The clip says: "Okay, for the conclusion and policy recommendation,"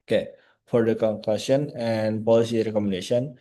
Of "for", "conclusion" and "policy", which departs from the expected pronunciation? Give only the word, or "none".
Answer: conclusion